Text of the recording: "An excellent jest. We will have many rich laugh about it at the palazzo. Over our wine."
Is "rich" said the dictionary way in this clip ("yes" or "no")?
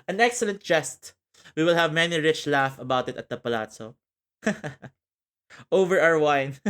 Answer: yes